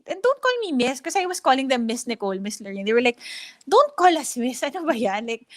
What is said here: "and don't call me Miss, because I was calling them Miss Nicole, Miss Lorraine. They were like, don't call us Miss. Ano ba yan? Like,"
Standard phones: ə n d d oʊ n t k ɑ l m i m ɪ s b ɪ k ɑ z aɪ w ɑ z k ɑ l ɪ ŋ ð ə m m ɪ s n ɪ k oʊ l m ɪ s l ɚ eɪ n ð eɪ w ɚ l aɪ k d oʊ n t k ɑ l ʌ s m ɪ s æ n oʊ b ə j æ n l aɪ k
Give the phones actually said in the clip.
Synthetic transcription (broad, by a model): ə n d d oʊ n t k ɑ l m i m ɪ s k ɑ s aɪ w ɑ s k ɑ l ɪ ŋ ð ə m m ɪ s n ɪ k oʊ l m ɪ s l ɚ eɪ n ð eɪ w ɚ l aɪ k d oʊ n t k ɑ l ʌ s m ɪ s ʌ n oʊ b ə j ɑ n l aɪ k